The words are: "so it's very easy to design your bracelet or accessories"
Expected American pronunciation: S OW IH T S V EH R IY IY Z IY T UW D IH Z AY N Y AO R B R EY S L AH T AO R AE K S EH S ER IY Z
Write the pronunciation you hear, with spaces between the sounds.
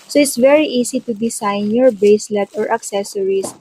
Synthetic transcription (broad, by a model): S OW IH T S V EH R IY IY S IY T UW D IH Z AY N Y AO R B EY S L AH T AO R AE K S EH S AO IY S